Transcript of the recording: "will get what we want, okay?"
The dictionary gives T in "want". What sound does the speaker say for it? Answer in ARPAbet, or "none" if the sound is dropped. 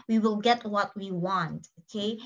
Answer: T